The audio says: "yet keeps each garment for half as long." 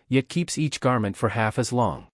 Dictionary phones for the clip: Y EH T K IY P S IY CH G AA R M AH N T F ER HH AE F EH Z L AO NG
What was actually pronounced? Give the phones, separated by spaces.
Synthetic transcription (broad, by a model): Y EH T K IY P S IY CH G AA R M AH N T F ER HH AE F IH Z L AO NG